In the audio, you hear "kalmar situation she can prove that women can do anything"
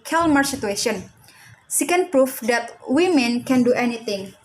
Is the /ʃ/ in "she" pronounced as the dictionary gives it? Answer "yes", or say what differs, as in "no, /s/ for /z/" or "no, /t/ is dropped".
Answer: no, /s/ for /ʃ/